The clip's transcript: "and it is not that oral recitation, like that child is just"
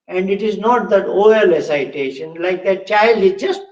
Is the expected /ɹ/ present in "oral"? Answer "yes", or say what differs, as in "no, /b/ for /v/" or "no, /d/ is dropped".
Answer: no, /ɹ/ is dropped